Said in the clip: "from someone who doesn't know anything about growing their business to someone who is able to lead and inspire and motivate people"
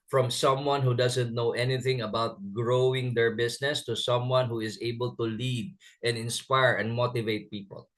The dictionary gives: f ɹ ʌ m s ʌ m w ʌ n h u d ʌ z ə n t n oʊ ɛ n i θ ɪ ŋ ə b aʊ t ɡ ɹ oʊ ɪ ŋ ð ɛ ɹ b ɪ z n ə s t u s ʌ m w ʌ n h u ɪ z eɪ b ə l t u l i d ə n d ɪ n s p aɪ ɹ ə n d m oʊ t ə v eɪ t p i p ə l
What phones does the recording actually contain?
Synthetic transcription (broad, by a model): f ɹ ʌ m s ʌ m w ʌ n h u d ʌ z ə n t n oʊ ɛ n i θ ɪ ŋ ə b aʊ t ɡ ɹ oʊ ɪ ŋ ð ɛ ɹ b ɪ s n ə s t u s ʌ m w ʌ n h u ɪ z eɪ b ə l t u l i d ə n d ɪ n s p aɪ ɹ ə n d m oʊ t ə v eɪ t p i p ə l